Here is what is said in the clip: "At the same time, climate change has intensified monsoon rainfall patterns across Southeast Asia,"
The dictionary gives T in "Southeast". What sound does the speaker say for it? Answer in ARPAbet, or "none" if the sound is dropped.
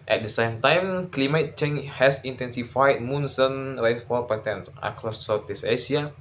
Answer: none